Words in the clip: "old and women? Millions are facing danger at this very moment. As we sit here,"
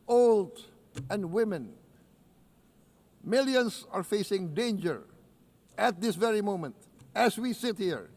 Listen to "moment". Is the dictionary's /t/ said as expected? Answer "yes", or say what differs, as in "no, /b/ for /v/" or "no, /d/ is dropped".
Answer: yes